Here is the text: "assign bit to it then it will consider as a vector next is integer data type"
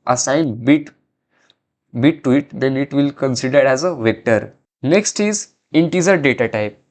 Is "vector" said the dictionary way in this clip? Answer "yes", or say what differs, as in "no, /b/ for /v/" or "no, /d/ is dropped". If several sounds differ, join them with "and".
yes